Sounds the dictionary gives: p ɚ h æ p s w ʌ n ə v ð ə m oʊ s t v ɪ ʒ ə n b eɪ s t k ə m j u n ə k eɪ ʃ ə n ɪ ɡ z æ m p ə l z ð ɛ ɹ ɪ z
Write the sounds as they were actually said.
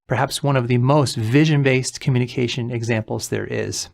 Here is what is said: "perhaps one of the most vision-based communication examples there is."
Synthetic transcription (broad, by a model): p ɚ h æ p s w ʌ n ə v ð ə m oʊ s t v ɪ ʒ ə n b eɪ s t k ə m j u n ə k eɪ ʃ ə n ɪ ɡ z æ m p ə l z ð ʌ ɹ ɪ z